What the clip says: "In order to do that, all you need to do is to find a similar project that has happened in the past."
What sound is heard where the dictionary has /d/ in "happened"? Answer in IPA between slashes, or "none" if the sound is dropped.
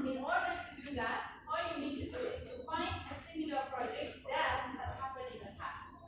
none